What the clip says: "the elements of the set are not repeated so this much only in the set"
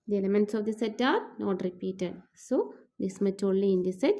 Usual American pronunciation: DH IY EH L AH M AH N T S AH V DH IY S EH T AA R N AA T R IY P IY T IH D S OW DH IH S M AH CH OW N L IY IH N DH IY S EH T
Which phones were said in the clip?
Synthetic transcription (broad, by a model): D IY EH L AH M AH N T S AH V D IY S EH T AA R N AA T R IY P IY T IH D S OW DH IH S M AH CH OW L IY IH N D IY S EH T